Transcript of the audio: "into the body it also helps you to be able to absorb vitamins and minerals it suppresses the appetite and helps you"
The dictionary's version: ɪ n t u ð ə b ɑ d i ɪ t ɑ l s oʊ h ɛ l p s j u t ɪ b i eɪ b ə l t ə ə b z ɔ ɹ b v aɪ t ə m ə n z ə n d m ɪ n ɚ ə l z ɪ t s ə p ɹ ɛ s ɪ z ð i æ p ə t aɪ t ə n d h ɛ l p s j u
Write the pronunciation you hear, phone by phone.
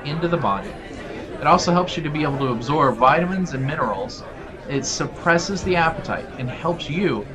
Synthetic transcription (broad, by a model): ɪ n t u ð ə b ɑ d i ɪ t ɑ l s oʊ h ɛ l p s j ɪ t ɪ b i eɪ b l t ə ə b z ɔ ɹ b v aɪ t ə m ə n z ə n m ɪ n ɚ l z ɪ t s ə p ɹ ɛ s ɪ z ð i æ p ə t aɪ t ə n h ɛ l p s j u